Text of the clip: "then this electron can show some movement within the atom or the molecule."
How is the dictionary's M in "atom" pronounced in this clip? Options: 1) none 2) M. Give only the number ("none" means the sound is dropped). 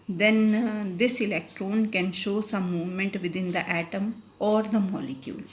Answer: 2